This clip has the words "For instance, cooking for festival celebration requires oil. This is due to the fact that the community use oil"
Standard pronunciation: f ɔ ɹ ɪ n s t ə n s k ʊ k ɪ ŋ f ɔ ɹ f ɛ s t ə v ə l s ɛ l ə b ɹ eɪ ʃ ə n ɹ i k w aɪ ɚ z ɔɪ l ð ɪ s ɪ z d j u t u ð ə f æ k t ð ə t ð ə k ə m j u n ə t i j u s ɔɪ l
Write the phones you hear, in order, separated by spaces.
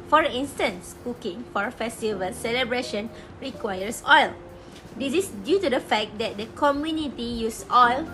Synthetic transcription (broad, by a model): f ɔ ɹ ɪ n s t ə n s k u k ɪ ŋ f ɔ ɹ f ɛ s t ə v ə l s ɛ l ə b ɹ eɪ ʃ ə n ɹ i k w aɪ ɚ s ɔɪ l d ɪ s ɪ s d j u t u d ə f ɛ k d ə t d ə k ə m j u n ə t i j u s ɔɪ l